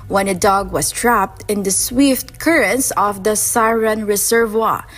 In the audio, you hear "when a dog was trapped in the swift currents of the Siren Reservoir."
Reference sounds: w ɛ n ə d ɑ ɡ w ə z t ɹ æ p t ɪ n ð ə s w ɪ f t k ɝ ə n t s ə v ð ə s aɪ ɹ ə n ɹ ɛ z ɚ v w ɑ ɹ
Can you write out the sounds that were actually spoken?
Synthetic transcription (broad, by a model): w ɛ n ə d ɑ ɡ w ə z t ɹ æ p t ɪ n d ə s w ɪ f t k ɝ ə n s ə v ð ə s aɪ ɹ ə n ɹ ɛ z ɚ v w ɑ